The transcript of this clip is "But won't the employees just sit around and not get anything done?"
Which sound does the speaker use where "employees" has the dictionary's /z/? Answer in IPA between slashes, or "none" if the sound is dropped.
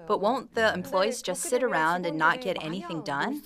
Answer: /z/